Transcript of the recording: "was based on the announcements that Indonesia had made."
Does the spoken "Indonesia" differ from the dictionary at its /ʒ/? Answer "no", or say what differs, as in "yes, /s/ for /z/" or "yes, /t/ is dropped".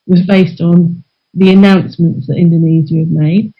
yes, /z/ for /ʒ/